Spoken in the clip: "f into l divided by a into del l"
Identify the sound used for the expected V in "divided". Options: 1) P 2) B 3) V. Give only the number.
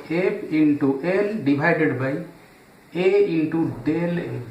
2